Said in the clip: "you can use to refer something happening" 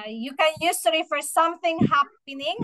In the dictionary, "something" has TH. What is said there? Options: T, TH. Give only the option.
TH